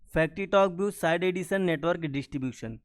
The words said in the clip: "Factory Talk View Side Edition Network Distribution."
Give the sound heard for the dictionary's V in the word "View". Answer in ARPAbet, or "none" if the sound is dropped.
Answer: B